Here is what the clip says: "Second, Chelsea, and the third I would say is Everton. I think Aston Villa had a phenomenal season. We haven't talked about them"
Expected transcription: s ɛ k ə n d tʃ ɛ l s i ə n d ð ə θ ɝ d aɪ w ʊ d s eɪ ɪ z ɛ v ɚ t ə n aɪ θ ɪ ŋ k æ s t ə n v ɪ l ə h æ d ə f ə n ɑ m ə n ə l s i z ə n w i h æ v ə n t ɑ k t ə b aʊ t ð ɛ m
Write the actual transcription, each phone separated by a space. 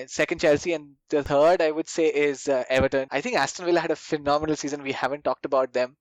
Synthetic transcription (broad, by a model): s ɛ k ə n d tʃ ɛ l s i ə n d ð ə t ɝ d aɪ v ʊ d s eɪ ɪ z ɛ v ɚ t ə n aɪ t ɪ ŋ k æ s t ə n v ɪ l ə h æ d ə f ə n ɑ m ə n ə l s i z ə n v i h æ v ə n t ɑ k t ə b aʊ t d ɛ m